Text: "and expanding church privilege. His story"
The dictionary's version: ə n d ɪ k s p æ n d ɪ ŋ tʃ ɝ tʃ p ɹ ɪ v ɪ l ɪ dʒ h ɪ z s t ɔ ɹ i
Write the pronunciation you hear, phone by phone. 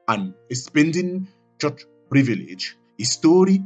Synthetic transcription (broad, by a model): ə n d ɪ s p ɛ n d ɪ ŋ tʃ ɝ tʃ p ɹ ɪ v ɪ l ɪ dʒ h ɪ s t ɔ ɹ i